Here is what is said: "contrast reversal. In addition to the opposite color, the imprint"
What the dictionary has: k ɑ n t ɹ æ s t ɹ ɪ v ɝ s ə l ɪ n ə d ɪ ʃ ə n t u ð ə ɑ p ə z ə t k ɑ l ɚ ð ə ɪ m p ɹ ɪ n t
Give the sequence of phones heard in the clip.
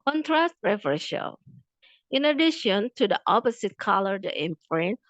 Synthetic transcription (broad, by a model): k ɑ n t ɹ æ s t ɹ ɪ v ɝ ʃ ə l ɪ n ə d ɪ ʃ ə n t u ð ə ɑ p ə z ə t k ɑ l ɚ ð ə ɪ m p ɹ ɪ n